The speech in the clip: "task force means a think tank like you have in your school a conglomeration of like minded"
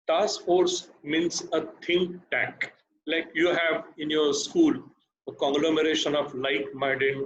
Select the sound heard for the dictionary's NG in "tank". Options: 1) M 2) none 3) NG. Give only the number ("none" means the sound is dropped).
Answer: 2